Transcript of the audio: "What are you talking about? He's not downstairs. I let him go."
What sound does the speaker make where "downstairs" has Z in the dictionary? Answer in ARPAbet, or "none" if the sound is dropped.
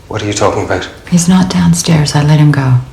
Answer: Z